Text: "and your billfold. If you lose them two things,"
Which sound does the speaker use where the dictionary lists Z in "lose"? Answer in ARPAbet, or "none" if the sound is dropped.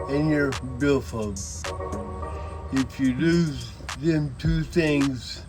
Z